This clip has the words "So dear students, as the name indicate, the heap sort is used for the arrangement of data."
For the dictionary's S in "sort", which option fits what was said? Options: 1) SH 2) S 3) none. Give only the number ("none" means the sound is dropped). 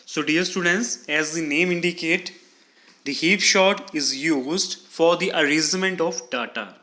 1